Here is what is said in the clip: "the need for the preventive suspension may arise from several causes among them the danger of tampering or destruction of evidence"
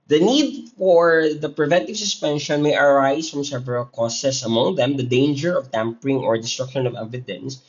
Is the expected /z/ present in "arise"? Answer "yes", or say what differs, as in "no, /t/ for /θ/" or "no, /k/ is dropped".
no, /s/ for /z/